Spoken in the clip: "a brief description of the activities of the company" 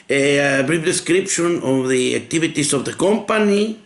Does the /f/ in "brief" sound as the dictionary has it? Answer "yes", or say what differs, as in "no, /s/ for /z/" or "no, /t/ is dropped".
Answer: no, /p/ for /f/